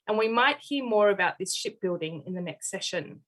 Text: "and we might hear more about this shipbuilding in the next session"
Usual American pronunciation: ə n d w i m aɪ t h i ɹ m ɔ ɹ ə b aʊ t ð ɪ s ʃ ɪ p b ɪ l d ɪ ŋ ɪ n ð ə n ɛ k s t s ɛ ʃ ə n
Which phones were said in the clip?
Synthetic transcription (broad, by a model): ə n w i m aɪ t h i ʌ m ɔ ɹ ə b aʊ t ð ɪ s ʃ ɪ p b ɪ l d ɪ ŋ ɪ n ð ə n ɛ k s t s ɛ ʃ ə n